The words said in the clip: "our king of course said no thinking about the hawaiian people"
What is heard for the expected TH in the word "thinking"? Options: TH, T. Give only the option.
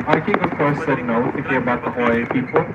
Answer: T